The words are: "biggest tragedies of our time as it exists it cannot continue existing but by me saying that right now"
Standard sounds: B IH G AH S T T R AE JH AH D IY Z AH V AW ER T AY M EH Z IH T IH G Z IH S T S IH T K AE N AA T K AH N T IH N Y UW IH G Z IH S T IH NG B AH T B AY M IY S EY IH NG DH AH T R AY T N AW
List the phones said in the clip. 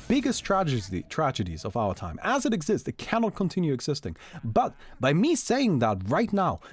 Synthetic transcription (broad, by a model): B IH G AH S T T R AE JH AH D IY Z AH V AW ER T AY M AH Z IH T IH G Z IH S T S IH T K AE N AA T K AH N T IH N Y UW IH G Z IH S T IH NG B AH T B AY M IY S EY IH NG DH AH T R AY T N AW